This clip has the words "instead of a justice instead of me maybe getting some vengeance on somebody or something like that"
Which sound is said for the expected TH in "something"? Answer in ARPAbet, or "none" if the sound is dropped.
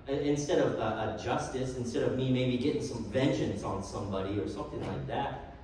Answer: TH